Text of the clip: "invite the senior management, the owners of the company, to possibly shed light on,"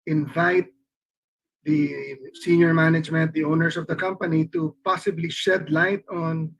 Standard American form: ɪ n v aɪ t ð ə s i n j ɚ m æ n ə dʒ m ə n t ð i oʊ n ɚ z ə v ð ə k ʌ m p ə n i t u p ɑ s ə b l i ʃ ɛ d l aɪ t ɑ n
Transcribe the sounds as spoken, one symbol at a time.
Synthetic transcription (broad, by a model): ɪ n v aɪ t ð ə s i n j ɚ m æ n ə dʒ m ə n t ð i oʊ n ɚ s ə v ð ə k ʌ m p ə n i t u p ɑ s ə b l i ʃ ɛ d l aɪ t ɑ n